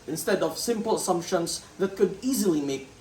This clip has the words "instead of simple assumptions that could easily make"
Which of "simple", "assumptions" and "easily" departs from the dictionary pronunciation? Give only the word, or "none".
assumptions